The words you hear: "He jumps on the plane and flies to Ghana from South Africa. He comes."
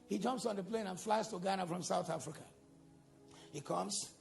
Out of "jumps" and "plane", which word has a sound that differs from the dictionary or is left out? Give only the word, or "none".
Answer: none